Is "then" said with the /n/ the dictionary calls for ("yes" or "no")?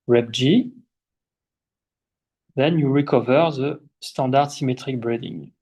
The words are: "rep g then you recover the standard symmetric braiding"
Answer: yes